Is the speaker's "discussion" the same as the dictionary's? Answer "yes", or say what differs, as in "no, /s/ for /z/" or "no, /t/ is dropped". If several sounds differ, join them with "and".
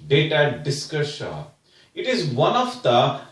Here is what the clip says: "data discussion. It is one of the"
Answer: no, /n/ is dropped